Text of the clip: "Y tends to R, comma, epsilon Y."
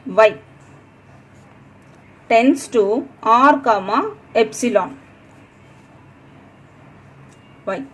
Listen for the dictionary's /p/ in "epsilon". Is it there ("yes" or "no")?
yes